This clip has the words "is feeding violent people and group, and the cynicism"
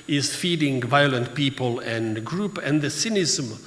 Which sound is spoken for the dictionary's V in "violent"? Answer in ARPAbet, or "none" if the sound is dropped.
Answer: V